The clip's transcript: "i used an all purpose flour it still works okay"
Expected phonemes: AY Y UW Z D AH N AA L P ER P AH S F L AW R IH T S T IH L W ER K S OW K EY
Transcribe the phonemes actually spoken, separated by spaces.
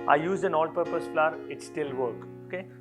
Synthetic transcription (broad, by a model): AY Y UW Z D AH N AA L P ER P AH S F L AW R IH T S T IH L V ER K OW K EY